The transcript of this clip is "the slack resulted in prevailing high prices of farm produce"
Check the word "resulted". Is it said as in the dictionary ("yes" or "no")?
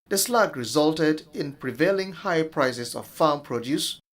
yes